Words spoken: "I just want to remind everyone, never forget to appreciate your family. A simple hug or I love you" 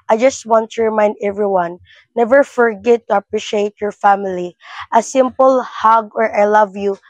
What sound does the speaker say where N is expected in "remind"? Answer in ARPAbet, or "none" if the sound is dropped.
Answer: N